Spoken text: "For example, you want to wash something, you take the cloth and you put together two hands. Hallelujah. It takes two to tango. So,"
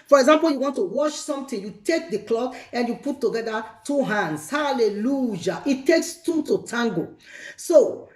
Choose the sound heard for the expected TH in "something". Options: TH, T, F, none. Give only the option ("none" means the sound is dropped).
T